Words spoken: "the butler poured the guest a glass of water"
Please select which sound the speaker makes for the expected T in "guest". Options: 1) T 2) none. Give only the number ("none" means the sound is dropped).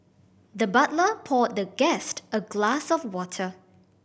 1